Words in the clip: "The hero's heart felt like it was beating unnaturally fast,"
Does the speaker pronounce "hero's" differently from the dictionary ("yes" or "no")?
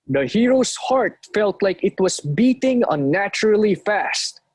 yes